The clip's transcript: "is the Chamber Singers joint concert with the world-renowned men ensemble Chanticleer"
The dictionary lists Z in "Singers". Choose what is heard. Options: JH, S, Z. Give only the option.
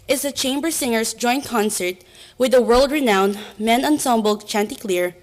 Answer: S